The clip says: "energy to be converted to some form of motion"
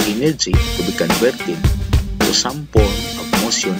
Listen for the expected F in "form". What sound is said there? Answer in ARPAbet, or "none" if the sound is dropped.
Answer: P